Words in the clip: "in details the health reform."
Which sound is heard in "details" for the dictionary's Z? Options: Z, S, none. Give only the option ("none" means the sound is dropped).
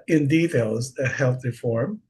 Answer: Z